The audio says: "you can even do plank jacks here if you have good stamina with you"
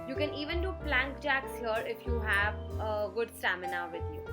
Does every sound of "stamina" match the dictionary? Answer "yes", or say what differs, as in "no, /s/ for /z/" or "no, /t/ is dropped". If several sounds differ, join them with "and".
yes